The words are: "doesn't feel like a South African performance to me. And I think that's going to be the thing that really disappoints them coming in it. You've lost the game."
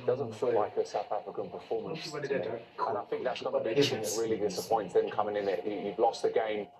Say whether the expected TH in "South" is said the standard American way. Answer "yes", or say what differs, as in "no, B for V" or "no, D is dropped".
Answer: yes